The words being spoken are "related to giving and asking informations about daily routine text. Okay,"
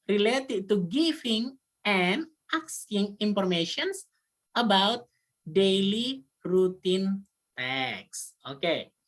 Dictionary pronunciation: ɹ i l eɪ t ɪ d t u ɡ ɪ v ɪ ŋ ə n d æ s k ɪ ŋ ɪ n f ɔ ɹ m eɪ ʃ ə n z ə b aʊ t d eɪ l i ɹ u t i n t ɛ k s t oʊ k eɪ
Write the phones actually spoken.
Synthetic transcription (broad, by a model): ɹ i l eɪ t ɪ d t u ɡ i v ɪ ŋ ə n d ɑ s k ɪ ŋ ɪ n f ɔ ɹ m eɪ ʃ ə n s ə b aʊ t d eɪ l i ɹ u t i n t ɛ k s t oʊ k eɪ